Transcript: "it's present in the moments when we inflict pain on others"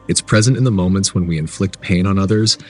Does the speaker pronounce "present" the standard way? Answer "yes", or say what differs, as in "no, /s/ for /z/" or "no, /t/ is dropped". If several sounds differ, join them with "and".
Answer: yes